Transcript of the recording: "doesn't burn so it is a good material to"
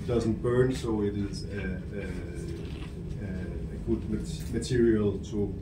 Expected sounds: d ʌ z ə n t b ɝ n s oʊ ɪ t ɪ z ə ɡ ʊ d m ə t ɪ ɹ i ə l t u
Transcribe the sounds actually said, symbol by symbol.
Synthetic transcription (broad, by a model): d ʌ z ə n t b ɝ n s oʊ ɪ t ɪ z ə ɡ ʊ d m ə t ɪ ɹ i ə l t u